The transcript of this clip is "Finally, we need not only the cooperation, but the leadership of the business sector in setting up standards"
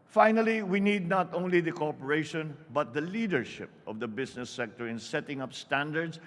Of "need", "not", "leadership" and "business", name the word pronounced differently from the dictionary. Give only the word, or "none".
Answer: business